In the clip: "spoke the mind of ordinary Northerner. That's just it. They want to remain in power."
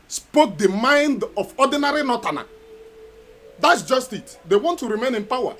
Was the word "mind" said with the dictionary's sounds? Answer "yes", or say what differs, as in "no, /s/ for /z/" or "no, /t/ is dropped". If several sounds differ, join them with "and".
yes